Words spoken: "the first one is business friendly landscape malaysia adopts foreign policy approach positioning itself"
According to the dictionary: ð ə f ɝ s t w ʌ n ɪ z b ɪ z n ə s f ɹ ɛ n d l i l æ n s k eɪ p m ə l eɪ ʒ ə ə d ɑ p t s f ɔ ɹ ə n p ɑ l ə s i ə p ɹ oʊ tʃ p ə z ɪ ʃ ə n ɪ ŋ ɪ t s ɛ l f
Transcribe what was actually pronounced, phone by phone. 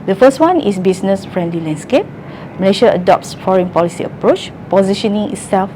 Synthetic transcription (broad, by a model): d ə f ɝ s t w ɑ n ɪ s b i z n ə s f ɹ ɛ n d l i l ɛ n s k eɪ p m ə l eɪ ʃ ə ə d ɑ p t s f ɔ ɹ ə n p ɑ l ə s i ə p ɹ oʊ tʃ p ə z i ʃ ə n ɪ ŋ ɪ t s ɛ l f